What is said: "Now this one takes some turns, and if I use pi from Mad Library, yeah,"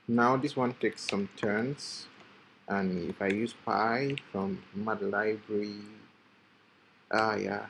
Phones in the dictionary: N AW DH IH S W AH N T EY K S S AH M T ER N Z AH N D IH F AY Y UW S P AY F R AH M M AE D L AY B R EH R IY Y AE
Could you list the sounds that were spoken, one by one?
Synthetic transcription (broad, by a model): N AW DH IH S W AH N T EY K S S AH M T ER N S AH N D IH F AY Y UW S P AY F R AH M M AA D L AY B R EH R IY Y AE